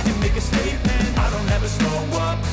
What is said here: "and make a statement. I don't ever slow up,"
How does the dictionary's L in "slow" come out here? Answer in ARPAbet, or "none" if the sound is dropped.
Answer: none